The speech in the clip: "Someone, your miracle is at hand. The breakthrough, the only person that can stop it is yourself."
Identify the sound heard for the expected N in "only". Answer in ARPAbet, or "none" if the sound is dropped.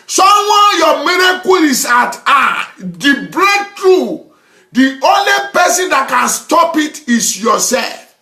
N